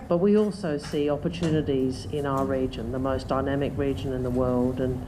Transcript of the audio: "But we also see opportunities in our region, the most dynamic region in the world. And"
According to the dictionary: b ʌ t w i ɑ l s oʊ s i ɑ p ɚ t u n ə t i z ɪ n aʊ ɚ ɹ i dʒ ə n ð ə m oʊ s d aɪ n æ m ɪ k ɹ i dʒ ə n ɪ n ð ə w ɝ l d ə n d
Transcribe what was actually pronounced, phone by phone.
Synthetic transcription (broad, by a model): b ʌ t w i ɑ l s oʊ s i ɑ p ɚ t u n ə t i z ɪ n aʊ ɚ ɹ i dʒ ə n ð ə m oʊ s d aɪ n æ m ɪ k ɹ i dʒ ə n ɪ n ð ə w ɝ l d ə n